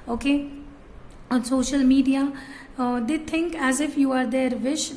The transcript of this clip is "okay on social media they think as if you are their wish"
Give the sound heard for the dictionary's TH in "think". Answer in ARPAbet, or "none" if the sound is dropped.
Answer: T